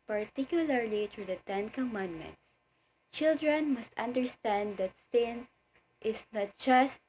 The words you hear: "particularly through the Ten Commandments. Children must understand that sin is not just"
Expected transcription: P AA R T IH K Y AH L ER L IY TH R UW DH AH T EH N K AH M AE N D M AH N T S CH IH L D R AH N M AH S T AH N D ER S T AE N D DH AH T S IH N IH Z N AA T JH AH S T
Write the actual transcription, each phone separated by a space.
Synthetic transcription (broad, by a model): P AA R T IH K Y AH L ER L IY T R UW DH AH T EH N K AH M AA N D M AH N T S CH IH L D R AH N M AH S T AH N D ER S T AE N D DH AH T S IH N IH S N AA T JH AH S T